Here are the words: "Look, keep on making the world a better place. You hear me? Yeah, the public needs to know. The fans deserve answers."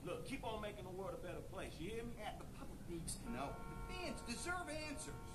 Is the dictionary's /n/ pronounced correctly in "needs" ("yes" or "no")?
no